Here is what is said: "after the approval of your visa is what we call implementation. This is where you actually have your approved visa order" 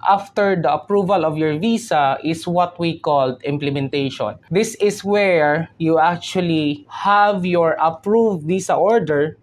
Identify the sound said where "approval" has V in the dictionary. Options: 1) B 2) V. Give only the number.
2